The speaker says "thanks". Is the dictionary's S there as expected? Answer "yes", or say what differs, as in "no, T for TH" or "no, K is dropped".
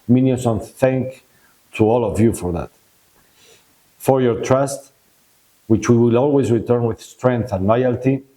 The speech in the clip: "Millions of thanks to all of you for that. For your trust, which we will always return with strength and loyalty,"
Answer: no, S is dropped